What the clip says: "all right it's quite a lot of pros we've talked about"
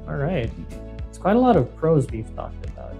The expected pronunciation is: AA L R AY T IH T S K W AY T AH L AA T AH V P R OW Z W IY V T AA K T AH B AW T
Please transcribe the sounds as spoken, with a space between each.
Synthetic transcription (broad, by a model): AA L R AY T IH T S K W AY T AH L AA T AH V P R OW Z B IY F T AA K T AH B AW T